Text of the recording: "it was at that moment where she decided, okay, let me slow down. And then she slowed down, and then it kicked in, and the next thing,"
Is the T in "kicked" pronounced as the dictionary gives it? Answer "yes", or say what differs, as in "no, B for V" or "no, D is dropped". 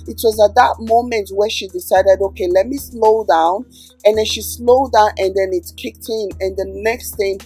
yes